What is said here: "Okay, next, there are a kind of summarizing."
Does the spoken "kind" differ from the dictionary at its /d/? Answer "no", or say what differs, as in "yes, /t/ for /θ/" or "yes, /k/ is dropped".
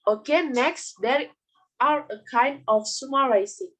no